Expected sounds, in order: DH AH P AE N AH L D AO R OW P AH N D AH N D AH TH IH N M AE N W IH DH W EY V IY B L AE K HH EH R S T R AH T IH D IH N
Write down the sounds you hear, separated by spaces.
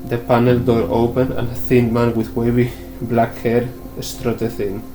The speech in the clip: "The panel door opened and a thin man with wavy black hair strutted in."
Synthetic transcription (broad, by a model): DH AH P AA N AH L D AO R OW P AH N AH N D AH TH IH N M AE N W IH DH W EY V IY B L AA K HH EH R S T R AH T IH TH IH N